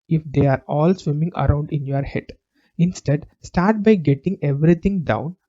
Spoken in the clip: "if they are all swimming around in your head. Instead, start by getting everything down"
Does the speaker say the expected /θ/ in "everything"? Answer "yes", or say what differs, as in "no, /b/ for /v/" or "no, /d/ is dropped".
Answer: no, /t/ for /θ/